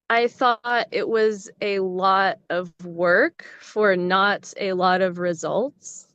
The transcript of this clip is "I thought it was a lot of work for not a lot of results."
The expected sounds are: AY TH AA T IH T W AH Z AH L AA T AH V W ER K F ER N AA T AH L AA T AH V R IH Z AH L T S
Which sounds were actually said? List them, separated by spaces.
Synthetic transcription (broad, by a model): AY TH AA T IH T W AH Z AH L AA T AH V W ER K F ER N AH T AH L AA T AH V R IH Z AH L T S